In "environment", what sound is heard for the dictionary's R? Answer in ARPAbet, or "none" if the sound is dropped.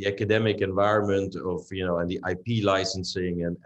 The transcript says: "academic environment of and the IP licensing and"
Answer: R